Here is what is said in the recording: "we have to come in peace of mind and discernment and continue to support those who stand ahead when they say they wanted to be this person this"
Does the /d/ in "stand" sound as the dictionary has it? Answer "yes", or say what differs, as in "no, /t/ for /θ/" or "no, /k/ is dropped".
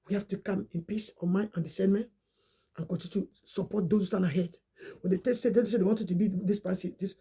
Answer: no, /d/ is dropped